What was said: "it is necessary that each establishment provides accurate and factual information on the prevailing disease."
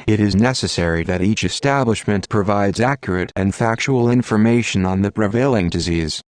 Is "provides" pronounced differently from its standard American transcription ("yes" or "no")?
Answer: no